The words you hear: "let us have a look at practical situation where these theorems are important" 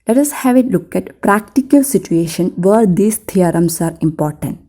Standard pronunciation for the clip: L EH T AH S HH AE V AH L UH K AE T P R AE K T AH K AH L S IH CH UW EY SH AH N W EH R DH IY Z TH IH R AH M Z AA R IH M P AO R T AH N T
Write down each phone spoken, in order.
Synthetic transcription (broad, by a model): L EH T AH S HH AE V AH L UH K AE T P R AE K T AH K AH L S IH CH UW EY SH AH N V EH R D IY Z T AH R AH M S AA R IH M P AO R T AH N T